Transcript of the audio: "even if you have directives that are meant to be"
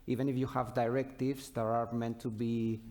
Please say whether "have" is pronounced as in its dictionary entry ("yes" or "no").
yes